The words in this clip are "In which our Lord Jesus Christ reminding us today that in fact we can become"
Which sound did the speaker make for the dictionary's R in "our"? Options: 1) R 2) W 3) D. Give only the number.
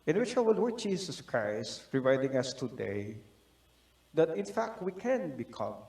2